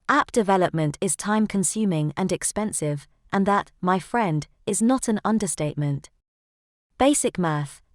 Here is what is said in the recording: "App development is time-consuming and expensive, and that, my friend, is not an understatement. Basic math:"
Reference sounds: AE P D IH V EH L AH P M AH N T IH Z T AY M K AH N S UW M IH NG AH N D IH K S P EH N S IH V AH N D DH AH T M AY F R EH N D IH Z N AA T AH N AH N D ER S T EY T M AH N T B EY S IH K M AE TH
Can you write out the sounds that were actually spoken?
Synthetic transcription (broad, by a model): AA P D IH V EH L AH P M AH N T IH Z T AY M K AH N S UW M IH NG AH N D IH K S P EH N S IH V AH N DH AH T M AY F R EH N D IH Z N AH T AH N AH N D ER S T EY T M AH N T B EY S IH K M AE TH